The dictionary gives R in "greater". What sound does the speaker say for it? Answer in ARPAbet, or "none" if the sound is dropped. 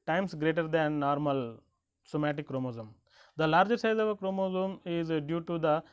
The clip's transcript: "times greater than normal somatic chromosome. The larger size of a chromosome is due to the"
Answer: R